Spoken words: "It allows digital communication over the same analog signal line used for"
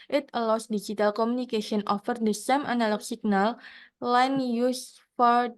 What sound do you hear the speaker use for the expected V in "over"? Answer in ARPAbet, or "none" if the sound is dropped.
F